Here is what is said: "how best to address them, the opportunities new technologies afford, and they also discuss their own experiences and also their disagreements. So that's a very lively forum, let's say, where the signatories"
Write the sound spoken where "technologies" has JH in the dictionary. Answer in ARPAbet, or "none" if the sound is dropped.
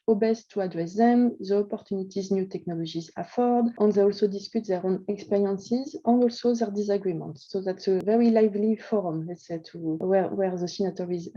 ZH